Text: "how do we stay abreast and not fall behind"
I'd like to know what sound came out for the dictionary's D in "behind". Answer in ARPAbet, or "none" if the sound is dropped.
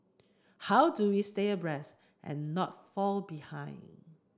none